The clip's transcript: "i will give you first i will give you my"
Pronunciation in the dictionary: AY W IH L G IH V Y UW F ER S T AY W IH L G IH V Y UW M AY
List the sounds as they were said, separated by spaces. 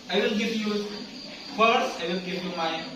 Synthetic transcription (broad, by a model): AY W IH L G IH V Y UW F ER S AY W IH L G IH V Y UW M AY